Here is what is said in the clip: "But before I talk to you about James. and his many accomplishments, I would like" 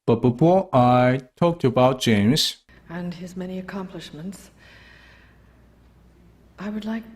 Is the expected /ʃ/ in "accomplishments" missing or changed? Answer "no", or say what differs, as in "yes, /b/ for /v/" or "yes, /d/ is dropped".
no